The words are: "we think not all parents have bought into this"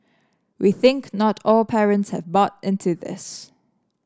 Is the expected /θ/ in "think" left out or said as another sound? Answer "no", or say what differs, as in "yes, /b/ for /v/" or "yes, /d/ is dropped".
no